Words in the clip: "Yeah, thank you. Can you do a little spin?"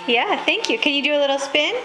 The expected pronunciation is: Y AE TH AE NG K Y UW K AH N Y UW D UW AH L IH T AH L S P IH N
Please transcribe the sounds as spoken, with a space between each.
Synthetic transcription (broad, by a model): Y AE TH AE NG K Y UW K AH N Y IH D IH AH L IH T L S P IH N